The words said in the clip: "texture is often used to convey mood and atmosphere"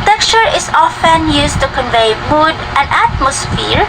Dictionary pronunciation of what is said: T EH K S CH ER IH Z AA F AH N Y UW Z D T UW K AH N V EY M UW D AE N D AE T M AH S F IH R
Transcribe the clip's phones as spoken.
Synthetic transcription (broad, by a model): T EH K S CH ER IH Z AA F AH N Y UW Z T UW K AH N V EY M UW D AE N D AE T M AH S F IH R